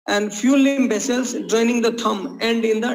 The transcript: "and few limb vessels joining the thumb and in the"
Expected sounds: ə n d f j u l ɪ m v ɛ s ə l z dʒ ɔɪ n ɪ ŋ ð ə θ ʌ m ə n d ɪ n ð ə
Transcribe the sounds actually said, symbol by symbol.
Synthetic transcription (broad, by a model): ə n d f j u l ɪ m b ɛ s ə l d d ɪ n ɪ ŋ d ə t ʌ m ə n d ɪ n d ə